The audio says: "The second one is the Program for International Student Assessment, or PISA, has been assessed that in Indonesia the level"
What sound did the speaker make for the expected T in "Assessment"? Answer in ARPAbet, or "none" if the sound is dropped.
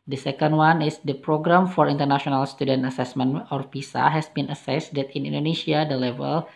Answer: none